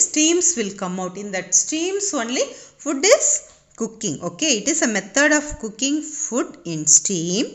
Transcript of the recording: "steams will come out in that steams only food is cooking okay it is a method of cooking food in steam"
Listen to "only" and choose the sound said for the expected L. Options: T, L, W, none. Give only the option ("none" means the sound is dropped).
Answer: L